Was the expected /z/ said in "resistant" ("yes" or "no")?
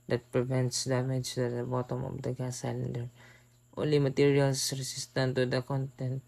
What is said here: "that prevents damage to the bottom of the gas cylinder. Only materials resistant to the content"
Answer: no